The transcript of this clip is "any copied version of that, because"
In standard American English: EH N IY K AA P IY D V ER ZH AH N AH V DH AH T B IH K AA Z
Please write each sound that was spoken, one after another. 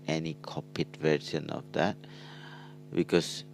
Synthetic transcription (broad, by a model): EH N IY K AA P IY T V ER S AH N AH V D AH T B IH K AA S